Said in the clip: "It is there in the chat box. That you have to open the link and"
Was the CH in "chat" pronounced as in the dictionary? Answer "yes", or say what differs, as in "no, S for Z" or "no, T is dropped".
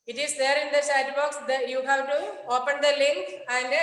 no, SH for CH